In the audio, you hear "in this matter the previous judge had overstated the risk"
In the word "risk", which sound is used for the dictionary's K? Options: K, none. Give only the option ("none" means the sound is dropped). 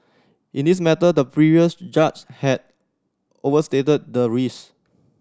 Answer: none